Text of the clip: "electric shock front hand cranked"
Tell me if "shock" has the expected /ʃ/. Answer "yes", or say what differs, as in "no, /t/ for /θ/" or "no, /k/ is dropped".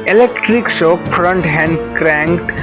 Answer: no, /s/ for /ʃ/